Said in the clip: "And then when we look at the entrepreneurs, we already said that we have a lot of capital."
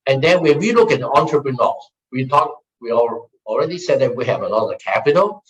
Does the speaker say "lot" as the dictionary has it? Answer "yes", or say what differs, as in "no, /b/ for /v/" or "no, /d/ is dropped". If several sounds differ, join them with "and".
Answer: no, /n/ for /l/